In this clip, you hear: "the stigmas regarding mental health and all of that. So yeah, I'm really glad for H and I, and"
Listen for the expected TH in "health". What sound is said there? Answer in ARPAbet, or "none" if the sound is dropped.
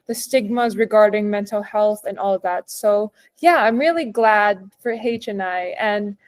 TH